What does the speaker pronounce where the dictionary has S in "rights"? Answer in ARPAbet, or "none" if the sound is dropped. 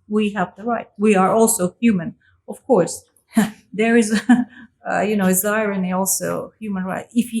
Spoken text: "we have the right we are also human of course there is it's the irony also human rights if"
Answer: none